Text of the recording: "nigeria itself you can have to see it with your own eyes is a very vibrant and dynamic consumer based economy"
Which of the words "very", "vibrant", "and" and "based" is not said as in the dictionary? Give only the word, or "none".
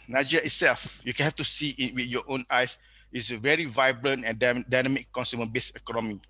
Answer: based